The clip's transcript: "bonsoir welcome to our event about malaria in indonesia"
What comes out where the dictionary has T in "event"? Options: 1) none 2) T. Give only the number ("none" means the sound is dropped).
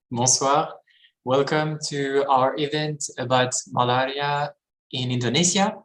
2